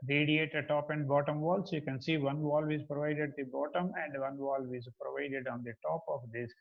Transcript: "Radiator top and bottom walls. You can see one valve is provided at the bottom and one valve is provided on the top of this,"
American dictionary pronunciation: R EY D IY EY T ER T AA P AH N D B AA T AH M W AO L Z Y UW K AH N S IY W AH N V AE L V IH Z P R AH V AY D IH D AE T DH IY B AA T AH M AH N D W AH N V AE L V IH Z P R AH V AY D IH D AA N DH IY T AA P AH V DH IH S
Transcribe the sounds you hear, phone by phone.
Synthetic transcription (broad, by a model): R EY D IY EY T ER T AA P AH N D B AA T AH M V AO L S Y UW K AH N S IY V AH N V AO L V IH Z P R AH V AY D IH D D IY B AA T AH M AH N D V AH N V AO L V IH Z P R AH V AY D IH D AA N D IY T AA P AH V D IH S